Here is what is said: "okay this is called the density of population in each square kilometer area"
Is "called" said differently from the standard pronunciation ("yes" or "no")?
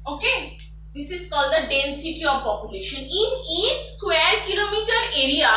no